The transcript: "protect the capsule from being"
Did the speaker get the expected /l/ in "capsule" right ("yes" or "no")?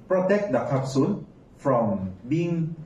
no